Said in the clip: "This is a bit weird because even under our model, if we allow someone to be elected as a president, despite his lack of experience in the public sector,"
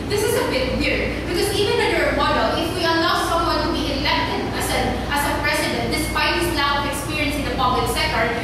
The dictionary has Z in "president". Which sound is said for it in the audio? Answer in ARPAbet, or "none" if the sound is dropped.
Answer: S